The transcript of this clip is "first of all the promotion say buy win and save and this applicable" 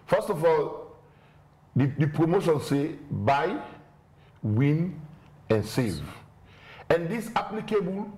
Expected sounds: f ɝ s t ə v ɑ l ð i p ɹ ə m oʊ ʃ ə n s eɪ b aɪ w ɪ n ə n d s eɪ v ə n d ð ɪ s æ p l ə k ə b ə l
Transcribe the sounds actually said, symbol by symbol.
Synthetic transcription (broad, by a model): f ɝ s t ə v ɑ l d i p ɹ ə m oʊ ʃ ə n s eɪ b aɪ w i n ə n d s eɪ v ə n d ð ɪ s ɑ p l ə k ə b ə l